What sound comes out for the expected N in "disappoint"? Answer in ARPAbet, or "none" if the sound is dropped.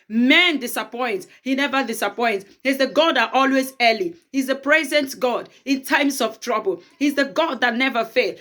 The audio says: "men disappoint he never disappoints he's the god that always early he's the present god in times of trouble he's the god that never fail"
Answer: N